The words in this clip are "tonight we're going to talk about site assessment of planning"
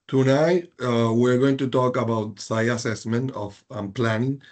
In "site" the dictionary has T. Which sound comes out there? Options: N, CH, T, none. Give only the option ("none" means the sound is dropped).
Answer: none